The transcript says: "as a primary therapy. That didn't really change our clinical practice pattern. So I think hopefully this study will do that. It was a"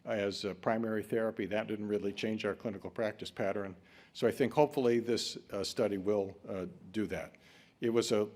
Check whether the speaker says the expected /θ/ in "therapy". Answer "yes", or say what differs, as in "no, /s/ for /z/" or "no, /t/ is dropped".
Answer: yes